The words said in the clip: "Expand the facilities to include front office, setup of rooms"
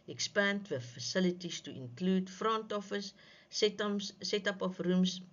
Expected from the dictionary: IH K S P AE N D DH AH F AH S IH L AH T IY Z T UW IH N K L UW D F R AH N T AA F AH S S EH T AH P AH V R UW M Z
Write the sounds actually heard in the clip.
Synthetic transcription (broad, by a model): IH K S P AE N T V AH F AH S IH L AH T IY S T UW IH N K L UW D F R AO N T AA F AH S S EH T AH P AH F R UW M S